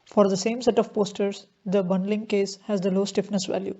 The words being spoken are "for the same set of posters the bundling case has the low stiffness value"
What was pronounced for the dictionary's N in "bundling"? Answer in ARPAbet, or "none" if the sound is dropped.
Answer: N